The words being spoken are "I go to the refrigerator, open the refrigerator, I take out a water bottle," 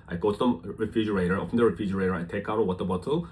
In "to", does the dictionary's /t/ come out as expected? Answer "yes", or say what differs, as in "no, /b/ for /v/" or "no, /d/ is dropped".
no, /s/ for /t/